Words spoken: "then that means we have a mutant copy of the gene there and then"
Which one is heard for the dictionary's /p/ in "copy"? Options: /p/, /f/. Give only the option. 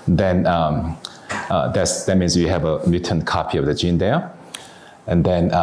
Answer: /p/